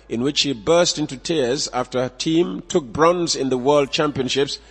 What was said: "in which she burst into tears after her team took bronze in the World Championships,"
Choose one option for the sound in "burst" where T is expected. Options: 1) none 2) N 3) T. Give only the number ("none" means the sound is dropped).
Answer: 3